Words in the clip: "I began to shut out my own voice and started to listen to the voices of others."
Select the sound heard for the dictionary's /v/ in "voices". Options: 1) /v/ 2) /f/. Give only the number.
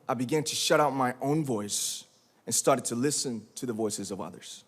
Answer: 1